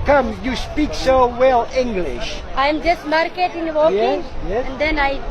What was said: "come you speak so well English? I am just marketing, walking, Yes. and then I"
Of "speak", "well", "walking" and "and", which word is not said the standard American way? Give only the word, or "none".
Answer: walking